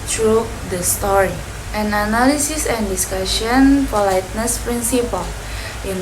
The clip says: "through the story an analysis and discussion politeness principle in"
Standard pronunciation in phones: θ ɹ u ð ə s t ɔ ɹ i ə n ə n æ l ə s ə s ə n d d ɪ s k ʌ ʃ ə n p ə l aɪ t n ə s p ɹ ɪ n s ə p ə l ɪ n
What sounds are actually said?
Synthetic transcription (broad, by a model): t ɹ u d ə s t ɔ ɹ i ə n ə n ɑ l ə s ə s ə n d d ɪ s k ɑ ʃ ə n f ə l aɪ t n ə s p ɹ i n s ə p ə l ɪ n